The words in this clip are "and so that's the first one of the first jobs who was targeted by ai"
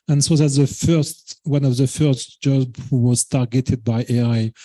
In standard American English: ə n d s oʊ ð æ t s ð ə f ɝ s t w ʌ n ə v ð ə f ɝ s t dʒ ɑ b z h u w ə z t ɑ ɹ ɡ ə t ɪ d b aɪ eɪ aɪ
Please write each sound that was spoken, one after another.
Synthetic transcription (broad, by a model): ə n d s oʊ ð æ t ð ə f ɝ s t w ʌ n ə v ð ə f ɝ s t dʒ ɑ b h u w ə z t ɑ ɹ ɡ ə t ɪ d b aɪ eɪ aɪ